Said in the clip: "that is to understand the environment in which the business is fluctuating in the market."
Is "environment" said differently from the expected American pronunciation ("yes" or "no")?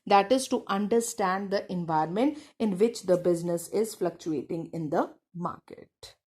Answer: yes